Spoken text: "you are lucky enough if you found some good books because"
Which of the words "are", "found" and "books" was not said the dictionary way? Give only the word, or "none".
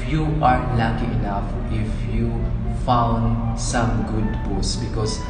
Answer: books